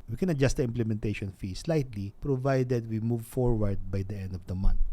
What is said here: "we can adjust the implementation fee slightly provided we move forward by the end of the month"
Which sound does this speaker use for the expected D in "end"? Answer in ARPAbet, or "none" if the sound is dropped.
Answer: D